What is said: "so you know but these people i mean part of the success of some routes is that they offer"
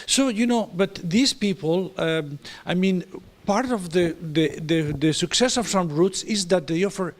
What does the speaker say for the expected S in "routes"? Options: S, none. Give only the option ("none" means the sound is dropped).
S